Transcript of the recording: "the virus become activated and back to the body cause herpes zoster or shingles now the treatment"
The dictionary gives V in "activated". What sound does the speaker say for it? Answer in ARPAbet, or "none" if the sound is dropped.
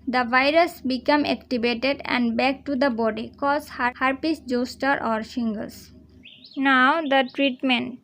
B